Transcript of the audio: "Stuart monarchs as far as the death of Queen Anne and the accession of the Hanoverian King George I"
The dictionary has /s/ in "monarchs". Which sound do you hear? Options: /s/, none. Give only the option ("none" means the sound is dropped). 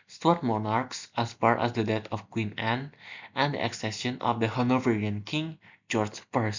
/s/